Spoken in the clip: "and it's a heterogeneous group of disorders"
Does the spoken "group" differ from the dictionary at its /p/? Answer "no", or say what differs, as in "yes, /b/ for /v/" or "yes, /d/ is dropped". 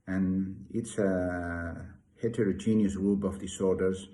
yes, /b/ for /p/